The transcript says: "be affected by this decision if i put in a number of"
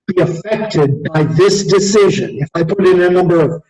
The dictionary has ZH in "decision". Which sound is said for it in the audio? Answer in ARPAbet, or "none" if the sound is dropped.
ZH